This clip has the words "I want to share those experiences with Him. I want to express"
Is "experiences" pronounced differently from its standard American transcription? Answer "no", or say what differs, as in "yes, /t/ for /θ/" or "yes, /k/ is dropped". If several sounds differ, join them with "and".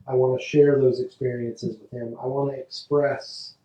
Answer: no